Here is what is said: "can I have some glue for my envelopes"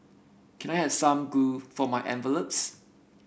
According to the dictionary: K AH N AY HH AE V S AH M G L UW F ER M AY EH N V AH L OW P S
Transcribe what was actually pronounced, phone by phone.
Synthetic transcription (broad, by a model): K AH N AY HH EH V S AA M G UW F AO M AY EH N V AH L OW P S